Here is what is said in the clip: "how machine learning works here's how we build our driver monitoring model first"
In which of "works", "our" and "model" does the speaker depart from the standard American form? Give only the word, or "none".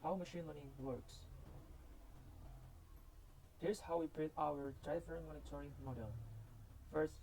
none